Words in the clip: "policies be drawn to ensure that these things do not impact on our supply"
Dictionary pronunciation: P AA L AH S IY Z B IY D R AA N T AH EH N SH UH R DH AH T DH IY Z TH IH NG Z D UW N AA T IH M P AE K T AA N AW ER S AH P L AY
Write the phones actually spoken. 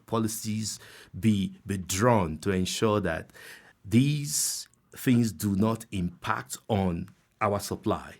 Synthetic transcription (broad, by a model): P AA L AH S IY Z B IY D R AA N T AH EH N SH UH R DH AH T DH IY Z TH IH NG Z D UW N AA T IH M P AE K T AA N AW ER S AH P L AY